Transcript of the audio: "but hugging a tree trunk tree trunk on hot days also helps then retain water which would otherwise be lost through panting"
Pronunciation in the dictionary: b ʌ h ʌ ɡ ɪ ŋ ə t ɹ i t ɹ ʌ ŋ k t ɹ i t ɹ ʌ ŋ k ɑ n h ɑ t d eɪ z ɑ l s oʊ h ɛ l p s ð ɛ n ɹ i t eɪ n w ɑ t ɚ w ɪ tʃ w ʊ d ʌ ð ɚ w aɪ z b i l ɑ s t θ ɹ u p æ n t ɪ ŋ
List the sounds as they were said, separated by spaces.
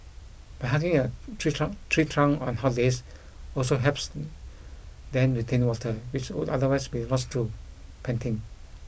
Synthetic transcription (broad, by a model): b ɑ h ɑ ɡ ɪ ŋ ə t ɹ i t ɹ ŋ t ɹ i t ɹ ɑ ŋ ɑ n h ɑ t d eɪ s ɑ l s oʊ h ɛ p s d ɛ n ɹ i t eɪ n w ɑ t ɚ w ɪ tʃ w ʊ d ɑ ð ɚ w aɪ s b i l ɑ s t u p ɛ n t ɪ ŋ